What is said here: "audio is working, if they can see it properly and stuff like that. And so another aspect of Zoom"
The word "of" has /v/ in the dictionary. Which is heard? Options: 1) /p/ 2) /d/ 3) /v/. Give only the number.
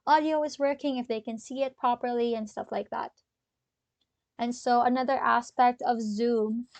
3